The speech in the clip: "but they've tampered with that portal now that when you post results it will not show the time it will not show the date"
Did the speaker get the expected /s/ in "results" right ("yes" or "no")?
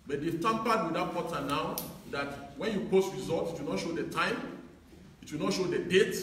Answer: no